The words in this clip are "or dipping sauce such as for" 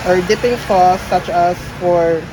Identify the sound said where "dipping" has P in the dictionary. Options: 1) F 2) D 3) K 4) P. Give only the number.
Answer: 4